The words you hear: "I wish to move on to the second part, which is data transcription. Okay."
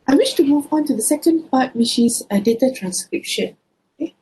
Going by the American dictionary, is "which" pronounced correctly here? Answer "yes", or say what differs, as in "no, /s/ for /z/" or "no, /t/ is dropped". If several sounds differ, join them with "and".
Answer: no, /ʃ/ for /tʃ/